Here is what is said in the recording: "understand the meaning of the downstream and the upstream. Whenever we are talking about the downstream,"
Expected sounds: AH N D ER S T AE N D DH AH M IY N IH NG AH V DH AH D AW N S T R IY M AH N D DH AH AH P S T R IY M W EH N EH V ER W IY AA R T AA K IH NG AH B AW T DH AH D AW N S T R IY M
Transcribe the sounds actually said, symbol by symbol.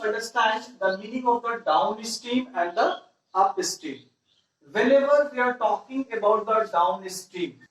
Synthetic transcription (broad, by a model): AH N D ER S T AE N D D AH M IY N IH NG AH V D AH D AW N S T IY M AH N D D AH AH P S T IY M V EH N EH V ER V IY AA R T AA K IH NG AH B AW T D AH D AW N S T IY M